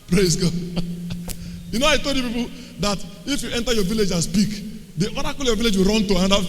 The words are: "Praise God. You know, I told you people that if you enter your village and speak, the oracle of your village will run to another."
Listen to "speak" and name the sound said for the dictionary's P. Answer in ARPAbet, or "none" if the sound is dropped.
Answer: B